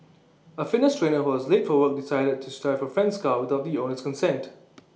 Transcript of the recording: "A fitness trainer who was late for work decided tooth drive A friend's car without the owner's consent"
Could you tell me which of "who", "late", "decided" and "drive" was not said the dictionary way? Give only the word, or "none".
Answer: drive